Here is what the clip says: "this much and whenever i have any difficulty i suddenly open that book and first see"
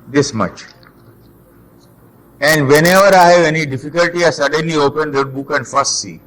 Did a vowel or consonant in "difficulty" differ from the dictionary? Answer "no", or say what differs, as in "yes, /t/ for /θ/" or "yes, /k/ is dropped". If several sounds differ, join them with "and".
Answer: no